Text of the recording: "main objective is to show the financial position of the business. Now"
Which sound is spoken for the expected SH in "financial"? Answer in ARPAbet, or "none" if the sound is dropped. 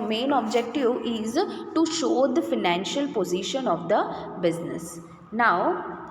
SH